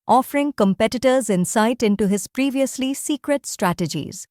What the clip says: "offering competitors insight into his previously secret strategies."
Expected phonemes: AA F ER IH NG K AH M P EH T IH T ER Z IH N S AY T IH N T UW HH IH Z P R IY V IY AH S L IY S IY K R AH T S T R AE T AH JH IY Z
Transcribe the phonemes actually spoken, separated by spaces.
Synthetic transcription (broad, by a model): AA F ER IH NG K AH M P EH T IH T ER Z IH N S AY T IH N T UW HH IH Z P R IY V IY AH S L IY S IY K R AH T S T R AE T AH JH IY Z